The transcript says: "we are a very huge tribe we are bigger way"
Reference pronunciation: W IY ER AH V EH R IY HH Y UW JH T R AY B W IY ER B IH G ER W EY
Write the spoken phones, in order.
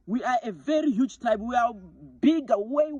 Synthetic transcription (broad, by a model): W IY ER AH V EH R IY HH Y UW JH T AY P W IY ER B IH G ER W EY